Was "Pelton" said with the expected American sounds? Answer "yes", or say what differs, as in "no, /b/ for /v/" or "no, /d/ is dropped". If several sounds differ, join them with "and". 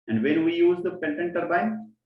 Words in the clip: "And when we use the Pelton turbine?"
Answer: no, /n/ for /l/